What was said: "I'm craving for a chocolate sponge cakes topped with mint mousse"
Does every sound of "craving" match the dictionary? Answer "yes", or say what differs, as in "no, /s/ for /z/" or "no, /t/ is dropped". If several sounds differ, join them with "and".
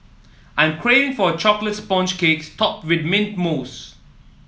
no, /v/ is dropped